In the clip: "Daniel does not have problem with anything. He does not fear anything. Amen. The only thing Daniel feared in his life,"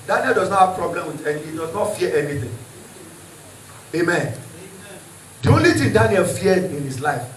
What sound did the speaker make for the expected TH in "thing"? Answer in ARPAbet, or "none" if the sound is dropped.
T